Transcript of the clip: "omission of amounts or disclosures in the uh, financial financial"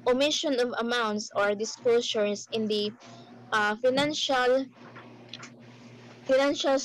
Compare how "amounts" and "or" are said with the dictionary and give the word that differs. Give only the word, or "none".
none